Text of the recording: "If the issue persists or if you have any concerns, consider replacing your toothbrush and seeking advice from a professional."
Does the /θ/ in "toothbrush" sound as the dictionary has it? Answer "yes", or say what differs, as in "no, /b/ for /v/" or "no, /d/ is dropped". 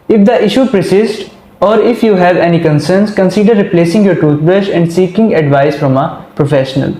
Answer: no, /t/ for /θ/